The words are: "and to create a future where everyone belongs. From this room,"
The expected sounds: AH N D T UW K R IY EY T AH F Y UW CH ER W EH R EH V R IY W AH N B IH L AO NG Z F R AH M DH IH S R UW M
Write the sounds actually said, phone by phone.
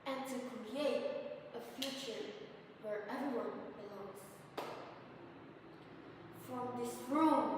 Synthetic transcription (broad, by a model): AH N T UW K R IY EY T AH F Y UW CH ER W EH R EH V IY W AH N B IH L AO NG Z F R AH M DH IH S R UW